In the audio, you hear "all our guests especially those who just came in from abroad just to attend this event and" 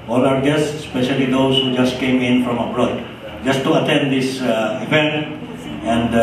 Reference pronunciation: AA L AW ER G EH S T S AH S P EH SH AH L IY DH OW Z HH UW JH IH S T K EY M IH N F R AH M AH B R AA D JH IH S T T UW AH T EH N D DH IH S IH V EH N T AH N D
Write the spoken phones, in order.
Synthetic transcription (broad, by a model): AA L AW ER G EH S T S S P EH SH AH L IY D OW S HH UW JH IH S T K EY M IH N F R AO M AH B R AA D JH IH S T T UW AH T EH N D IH S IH P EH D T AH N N